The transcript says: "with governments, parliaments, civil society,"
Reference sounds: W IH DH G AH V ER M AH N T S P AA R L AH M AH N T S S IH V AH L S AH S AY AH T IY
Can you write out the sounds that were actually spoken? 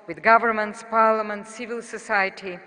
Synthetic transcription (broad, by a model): W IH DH G AH V ER M AH N T S P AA R L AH M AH N T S S IH V AH L S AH S AY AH T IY